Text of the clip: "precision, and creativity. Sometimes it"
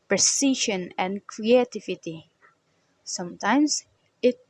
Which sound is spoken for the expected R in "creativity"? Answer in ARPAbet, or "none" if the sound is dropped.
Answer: R